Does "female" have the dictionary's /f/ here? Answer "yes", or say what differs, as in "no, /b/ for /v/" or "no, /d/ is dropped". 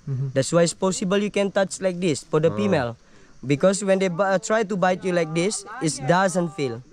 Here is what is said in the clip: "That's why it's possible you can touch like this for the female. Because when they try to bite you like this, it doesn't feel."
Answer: no, /p/ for /f/